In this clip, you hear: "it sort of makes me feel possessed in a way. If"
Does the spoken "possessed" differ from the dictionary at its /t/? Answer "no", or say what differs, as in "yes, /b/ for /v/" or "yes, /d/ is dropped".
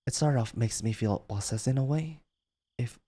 yes, /t/ is dropped